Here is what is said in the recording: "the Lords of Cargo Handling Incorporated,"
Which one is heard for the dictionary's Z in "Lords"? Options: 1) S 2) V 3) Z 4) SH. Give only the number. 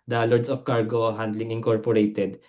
1